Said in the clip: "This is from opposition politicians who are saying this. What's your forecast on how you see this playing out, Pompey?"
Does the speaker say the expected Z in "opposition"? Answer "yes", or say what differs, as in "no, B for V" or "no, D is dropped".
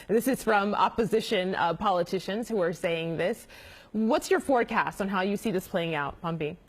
yes